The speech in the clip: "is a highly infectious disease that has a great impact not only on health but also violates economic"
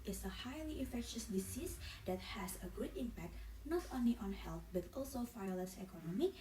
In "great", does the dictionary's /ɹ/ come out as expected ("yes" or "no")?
no